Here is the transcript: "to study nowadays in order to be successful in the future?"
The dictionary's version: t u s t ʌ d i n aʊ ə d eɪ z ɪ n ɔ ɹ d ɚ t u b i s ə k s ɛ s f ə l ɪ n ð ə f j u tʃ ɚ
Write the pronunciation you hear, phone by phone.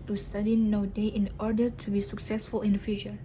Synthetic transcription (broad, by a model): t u s t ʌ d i n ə d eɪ ɪ n ɔ ɹ d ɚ t u b i s ə k s ɛ s f ə l ɪ n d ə f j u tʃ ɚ